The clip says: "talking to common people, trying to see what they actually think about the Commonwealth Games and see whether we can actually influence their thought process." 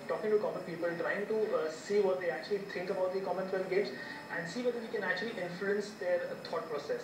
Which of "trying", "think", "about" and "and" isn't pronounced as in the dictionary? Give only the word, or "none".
think